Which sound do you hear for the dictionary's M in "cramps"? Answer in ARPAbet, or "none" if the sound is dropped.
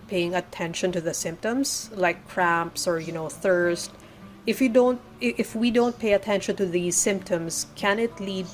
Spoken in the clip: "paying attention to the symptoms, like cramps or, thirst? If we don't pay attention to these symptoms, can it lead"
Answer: M